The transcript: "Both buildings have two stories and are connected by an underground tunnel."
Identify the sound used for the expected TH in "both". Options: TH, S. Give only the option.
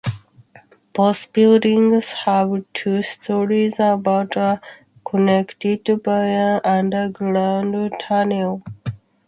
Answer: S